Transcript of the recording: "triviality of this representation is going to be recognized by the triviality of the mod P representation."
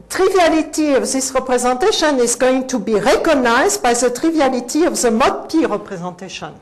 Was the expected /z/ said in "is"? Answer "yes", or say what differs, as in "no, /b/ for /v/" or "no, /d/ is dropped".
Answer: yes